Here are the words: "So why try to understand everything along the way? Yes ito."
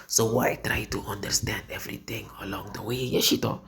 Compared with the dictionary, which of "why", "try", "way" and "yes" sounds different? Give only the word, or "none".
yes